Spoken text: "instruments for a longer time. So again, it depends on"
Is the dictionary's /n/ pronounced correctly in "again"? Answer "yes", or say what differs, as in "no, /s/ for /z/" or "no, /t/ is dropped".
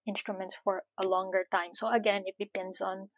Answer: yes